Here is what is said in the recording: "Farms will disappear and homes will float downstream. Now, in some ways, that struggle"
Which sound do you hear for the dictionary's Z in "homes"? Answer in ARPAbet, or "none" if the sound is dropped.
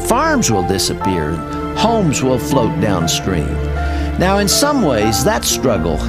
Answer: Z